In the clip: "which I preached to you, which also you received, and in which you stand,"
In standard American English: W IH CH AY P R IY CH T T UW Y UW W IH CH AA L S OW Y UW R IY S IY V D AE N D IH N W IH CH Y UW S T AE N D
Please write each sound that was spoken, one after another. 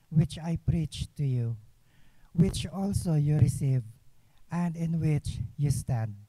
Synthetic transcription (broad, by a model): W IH CH AY P R IY CH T T UW Y UW W IH CH AA L S OW Y UW R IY S IY V AE N D IH N W IH CH Y UW S T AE N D